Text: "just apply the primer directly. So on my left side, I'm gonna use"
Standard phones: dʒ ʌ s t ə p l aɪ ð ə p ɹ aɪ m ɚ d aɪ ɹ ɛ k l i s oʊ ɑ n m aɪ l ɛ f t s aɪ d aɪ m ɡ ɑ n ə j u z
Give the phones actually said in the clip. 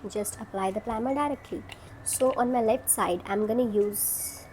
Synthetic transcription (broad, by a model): dʒ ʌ s t ə p l aɪ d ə p l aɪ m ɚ d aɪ ɹ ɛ k l i s oʊ ɑ n m aɪ l ɛ f t s aɪ d aɪ m ɡ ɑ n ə j u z